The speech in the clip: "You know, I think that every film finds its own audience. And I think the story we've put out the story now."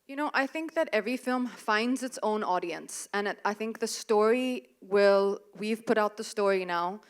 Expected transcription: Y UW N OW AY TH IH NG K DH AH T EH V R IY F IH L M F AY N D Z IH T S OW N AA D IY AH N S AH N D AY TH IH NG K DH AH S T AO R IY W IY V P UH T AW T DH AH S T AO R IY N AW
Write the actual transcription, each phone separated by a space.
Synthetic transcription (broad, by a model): Y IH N OW AY TH IH NG K DH AH T EH V R IY F IH L M F AY N D Z IH T S OW N AA D IY AH N S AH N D AY TH IH NG K DH AH S T AO R IY W IY V P UH T AW T DH AH S T AO R IY N AW